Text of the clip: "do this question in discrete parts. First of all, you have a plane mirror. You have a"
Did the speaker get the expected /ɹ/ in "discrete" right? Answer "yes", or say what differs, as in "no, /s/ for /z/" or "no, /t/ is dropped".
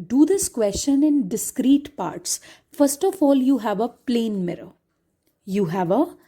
yes